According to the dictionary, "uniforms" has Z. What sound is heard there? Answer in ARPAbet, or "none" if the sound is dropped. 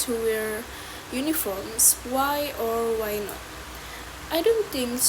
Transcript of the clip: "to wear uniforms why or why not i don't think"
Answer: S